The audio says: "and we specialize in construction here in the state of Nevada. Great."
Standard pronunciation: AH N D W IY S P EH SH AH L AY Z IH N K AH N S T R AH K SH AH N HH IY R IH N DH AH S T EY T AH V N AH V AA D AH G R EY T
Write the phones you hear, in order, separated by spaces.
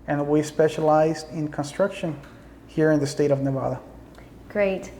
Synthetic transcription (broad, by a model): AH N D W IY S P EH SH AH L AY Z IH N K AH N S T R AH K SH AH N HH IY R IH N DH AH S T EY T AH V N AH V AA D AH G R EY T